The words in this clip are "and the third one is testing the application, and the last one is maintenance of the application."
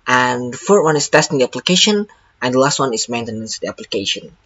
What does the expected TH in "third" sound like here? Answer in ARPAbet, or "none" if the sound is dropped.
F